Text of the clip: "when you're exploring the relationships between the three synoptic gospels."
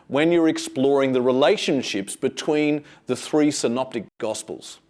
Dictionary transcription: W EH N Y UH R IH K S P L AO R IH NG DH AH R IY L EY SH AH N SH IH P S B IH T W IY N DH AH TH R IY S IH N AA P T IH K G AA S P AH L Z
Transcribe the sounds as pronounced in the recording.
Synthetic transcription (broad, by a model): W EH N Y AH R IH K S P L AO R IH NG DH AH R IY L EY SH AH N SH IH P S B IH T W IY N DH AH TH R IY S IH N AA P T IH K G AA S P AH L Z